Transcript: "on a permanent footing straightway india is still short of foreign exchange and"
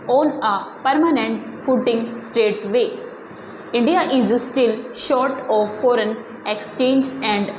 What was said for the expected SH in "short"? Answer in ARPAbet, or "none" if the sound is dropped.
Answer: SH